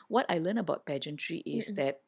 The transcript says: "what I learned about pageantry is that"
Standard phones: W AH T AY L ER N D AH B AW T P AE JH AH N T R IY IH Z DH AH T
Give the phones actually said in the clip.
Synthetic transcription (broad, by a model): W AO T AY L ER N AH B AW T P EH JH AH N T R IY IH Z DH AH T